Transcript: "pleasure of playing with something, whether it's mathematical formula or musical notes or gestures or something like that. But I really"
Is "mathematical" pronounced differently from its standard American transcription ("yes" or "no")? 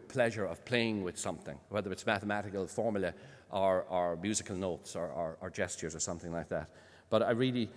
no